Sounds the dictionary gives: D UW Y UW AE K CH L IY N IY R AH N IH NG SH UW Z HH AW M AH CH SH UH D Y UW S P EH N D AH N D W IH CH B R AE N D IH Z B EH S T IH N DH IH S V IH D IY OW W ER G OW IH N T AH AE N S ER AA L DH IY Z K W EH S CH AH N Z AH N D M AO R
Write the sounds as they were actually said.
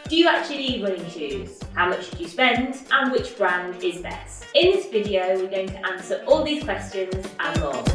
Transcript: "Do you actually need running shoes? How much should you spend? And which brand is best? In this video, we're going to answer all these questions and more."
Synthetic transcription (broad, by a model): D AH Y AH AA K CH IY L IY W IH L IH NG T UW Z HH AW M AH CH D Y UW S P EH N D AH N W IH CH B R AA N D IH Z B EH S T IH N DH IH S V IH D IY OW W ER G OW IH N T AH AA N S ER AA L DH IY Z K W EH S CH AH N Z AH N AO